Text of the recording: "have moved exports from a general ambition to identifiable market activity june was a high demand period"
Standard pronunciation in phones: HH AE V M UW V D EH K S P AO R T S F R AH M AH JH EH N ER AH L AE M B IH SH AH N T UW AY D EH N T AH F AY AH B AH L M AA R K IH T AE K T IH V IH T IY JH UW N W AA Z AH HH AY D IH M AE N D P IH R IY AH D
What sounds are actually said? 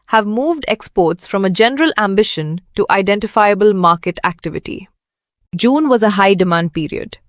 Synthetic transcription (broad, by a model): HH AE V M UW V D EH K S P AO R T S F R AH M AH JH EH N ER AH L AE M B IH SH AH N T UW AY D EH N T AH F AY AH B AH L M AA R K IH T AE K T IH V IH T IY JH UW N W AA Z AH HH AY D IH M AE N D P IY R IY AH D